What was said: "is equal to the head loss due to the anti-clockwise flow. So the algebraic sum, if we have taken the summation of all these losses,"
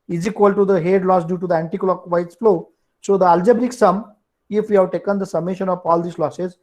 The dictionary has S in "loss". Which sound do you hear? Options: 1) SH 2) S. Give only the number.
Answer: 2